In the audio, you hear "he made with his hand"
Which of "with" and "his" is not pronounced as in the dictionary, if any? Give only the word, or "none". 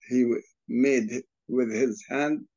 none